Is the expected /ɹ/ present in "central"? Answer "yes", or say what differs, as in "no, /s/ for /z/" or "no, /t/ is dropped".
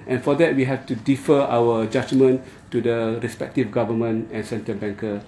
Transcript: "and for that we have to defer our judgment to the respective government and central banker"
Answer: no, /ɹ/ is dropped